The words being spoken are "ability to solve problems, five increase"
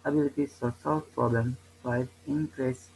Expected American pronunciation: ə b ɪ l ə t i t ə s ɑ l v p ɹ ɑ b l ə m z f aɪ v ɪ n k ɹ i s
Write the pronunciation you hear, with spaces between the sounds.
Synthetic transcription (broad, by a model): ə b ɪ l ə t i s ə s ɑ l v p ɹ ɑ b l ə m f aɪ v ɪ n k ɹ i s